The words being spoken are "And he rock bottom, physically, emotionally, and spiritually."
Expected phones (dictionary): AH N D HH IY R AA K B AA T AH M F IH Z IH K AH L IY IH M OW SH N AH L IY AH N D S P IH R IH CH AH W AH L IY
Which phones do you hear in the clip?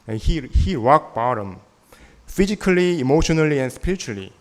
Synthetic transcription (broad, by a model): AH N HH HH IY W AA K B AA T AH M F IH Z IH K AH L IY M OW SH N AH L IY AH N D S P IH R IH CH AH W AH L IY